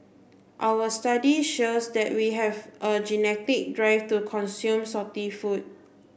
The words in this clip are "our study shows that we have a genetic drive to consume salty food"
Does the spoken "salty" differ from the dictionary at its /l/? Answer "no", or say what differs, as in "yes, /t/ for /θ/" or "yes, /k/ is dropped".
yes, /l/ is dropped